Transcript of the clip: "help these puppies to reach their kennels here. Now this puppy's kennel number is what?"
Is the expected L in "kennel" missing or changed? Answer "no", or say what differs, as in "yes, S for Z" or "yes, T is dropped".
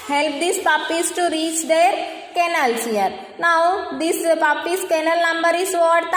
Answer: no